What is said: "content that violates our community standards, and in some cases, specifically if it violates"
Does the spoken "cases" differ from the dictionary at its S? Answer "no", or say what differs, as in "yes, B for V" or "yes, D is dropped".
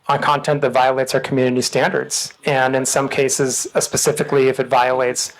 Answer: no